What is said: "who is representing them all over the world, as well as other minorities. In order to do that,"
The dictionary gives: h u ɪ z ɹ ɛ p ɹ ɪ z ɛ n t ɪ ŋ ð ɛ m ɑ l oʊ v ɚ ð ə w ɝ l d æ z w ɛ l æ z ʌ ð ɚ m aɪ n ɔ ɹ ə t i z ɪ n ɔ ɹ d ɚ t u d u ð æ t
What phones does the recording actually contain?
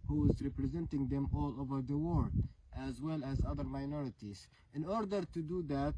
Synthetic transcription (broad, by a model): h u ɪ z ɹ ɛ p ɹ ɪ z ɛ n t ɪ ŋ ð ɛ m ɑ l oʊ v ɚ ð ə w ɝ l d æ z w ɛ l æ z ʌ ð ɚ m aɪ n ɔ ɹ ə t i z ɪ n ɔ ɹ d ɚ t u d u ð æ t